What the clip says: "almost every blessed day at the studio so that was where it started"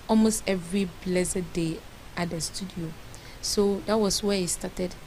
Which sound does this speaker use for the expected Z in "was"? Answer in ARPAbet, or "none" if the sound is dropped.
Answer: S